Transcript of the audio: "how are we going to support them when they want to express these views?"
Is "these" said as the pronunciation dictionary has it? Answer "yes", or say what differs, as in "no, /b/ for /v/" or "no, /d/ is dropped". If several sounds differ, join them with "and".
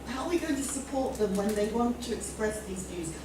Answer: yes